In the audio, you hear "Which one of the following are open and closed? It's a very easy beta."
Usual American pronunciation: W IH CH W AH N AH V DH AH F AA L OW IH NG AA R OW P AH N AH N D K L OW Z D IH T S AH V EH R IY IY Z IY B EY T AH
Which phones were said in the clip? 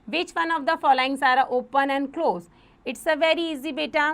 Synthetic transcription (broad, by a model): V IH CH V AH N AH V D AH F AA L OW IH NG AA R OW P AH N AH N D K L OW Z IH T S AH V EH R IY IY Z IY B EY T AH